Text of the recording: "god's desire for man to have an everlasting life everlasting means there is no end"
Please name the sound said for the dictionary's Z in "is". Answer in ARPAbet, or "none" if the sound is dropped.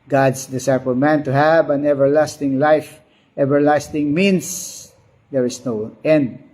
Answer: S